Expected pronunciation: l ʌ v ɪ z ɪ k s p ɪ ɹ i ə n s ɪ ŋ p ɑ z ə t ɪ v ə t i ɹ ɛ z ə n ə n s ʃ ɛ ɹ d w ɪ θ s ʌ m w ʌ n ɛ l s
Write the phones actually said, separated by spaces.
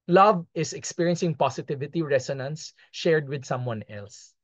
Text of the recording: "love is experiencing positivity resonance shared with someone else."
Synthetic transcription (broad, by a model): l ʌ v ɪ s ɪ k s p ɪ ɹ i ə n s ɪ ŋ p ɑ s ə t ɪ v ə t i ɹ ɛ s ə n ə n s ʃ ɛ ɹ d w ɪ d s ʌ m w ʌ n ɛ l s